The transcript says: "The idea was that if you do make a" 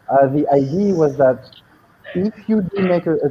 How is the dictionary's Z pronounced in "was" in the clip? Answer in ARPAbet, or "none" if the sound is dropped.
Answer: Z